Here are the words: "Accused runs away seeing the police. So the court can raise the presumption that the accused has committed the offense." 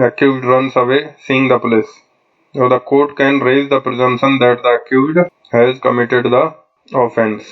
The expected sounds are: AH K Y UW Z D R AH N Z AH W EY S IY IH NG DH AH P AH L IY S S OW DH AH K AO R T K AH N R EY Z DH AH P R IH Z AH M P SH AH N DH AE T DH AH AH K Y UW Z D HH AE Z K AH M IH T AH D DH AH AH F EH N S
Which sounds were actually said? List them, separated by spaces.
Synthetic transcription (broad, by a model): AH K Y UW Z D R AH N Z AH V EY S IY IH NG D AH P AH L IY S S OW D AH K AO R T K AH N R EY Z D AH P R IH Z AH M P SH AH N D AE T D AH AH K Y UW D HH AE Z K AH M IH T AH D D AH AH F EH N S